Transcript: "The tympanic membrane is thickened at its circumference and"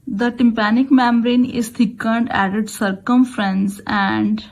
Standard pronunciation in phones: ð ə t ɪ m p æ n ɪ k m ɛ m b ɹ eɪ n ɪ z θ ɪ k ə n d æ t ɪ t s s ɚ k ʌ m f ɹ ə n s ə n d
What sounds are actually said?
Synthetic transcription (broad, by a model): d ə t ɪ m p æ n ɪ k m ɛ m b ɹ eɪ n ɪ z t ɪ k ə n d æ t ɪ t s s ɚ k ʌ m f ɹ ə n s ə n d